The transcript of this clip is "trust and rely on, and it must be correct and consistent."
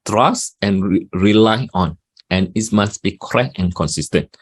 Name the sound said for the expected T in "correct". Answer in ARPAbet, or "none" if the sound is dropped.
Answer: none